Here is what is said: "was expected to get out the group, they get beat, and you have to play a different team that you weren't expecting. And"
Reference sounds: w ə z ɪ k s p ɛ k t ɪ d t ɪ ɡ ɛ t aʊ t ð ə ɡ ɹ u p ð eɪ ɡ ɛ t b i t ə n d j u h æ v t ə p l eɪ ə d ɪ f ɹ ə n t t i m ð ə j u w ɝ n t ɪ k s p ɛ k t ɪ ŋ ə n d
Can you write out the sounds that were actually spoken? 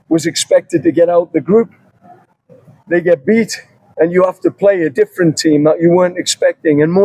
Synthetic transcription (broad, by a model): w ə z ɪ k s p ɛ k t ɪ d t ɪ ɡ ɛ t aʊ t ð ə ɡ ɹ u p ð eɪ ɡ ɛ t b i t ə n j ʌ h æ f t ə p l eɪ ə d ɪ f ɹ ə n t t i m ð ə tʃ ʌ w ɝ n t ɪ k s p ɛ k t ɪ ŋ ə n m